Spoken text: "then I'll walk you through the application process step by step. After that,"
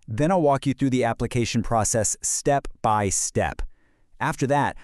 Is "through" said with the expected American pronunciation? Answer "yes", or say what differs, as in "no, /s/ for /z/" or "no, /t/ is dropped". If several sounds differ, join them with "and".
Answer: yes